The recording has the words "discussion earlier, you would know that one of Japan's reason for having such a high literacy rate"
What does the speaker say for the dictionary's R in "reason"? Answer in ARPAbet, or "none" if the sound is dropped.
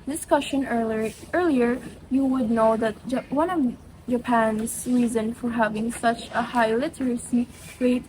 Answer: R